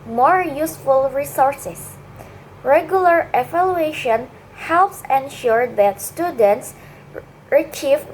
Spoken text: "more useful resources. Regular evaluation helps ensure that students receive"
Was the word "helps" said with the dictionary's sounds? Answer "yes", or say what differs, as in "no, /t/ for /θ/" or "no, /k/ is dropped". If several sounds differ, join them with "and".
yes